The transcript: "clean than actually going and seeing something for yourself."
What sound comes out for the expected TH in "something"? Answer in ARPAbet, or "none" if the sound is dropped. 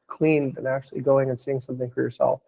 TH